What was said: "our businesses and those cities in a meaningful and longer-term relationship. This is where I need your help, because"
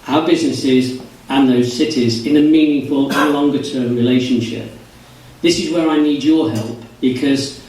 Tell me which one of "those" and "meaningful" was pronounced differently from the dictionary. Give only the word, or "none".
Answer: none